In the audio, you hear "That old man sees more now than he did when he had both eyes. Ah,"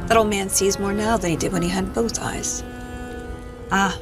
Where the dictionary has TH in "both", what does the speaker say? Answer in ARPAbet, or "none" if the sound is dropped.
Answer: TH